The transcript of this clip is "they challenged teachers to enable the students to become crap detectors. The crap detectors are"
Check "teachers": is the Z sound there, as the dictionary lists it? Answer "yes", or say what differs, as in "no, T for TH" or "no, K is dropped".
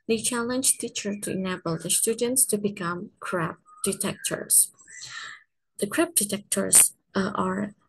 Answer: no, Z is dropped